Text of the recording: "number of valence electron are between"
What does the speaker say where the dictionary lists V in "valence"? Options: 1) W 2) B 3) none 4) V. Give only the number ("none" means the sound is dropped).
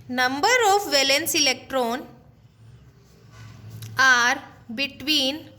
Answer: 4